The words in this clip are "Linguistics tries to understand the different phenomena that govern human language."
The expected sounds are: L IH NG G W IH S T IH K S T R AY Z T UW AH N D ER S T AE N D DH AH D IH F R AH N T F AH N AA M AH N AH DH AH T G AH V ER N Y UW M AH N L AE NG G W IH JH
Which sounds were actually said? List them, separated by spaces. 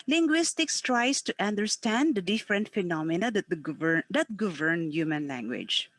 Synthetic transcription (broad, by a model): L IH NG G W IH S T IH K S T R AY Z T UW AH N D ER S T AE N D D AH D IH F R AH N T F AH N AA M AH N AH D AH T G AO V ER N Y UW M AH N L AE NG G W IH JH